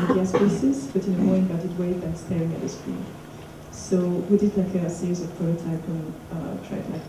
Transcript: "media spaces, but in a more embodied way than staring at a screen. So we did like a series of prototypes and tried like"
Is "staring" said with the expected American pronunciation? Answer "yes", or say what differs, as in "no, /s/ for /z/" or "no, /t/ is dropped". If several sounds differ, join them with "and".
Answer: yes